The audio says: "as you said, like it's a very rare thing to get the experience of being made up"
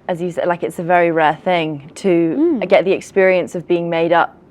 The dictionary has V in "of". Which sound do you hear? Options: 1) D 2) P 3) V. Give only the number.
3